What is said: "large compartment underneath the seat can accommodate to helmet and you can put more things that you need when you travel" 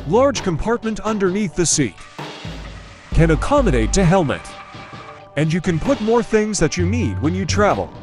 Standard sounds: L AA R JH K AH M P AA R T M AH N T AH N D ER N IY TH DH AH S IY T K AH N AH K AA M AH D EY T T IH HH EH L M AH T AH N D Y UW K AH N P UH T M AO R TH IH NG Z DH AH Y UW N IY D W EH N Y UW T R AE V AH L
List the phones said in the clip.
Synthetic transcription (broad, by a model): L AA R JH K AH M P AA R T M AH N T AH N D ER N IY TH DH AH S IY T K AH N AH K AA M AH D EY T T IH HH EH L M AH T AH N Y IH K AH N P UH T M AO R TH IH NG Z DH AH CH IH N IY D W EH N Y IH T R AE V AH L